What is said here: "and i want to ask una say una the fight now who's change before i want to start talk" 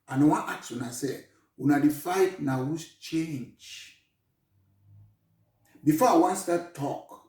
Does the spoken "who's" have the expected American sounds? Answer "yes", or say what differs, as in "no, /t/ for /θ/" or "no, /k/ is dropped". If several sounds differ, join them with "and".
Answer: no, /s/ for /z/